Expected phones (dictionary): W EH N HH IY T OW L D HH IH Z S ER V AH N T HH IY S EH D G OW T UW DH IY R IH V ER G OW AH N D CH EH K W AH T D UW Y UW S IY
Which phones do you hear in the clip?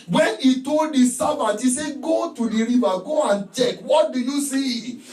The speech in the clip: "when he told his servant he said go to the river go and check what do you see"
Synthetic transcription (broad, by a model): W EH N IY T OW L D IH S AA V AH T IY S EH G OW T UW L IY R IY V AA G OW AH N CH EH K W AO T D UW Y UW S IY